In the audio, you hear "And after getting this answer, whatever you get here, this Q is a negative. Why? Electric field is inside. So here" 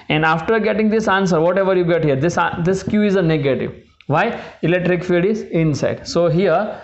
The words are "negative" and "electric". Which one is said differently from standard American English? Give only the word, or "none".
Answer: none